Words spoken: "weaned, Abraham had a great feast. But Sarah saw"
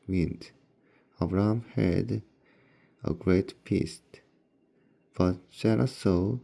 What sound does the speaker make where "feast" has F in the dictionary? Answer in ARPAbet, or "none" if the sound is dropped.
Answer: P